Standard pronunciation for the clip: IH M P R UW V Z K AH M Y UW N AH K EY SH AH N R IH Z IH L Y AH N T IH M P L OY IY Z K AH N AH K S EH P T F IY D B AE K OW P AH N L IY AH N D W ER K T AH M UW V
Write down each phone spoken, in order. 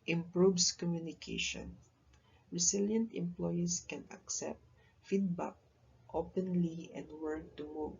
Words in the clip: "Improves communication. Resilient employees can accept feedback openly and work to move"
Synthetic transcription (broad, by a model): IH M P R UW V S K AH M Y UW N AH K EY SH AH N R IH S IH L Y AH N T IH M P L OY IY S K AH N AH K S EH P T F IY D B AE K OW P AH N L IY AH N D W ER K T AH M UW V